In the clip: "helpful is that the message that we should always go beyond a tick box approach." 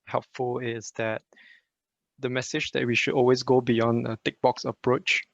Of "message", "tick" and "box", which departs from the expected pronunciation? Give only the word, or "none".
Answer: none